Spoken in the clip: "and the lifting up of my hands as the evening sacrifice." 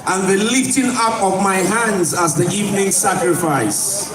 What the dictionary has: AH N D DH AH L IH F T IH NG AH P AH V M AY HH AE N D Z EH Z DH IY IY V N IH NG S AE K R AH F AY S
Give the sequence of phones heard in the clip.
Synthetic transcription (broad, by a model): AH N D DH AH L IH F T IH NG AH P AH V M AY HH AE N D Z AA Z DH IY IY V N IH NG S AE K R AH F AY S